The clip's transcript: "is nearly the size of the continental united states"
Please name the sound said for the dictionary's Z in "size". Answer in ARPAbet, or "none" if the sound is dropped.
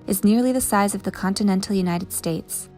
Z